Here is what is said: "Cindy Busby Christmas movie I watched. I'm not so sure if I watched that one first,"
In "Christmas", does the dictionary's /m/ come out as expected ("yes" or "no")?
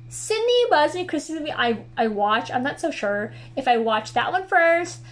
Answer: no